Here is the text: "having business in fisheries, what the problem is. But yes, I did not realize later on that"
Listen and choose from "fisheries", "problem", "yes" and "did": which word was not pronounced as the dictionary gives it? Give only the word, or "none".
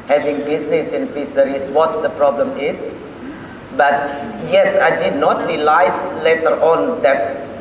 fisheries